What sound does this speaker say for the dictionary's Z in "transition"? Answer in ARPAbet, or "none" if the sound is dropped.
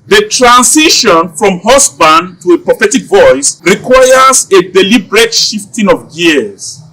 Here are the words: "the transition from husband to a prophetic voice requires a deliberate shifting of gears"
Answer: S